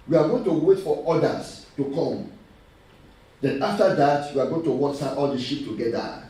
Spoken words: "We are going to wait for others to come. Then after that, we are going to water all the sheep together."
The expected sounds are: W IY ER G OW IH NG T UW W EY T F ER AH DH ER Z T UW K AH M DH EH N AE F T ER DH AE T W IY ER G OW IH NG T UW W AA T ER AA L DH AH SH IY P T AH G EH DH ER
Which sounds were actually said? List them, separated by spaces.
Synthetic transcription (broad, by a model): W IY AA G OW IH NG T UW W EY T F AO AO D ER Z T UW K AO M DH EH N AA F T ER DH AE T W IY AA G OW IH NG T UW W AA S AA AA L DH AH SH IY P T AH G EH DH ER